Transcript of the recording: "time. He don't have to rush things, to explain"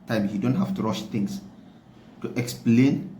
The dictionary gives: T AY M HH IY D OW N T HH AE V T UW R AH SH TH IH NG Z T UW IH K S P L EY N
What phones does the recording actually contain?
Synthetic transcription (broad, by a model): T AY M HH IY D OW N T HH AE F T UW R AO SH T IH NG S T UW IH K S P L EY N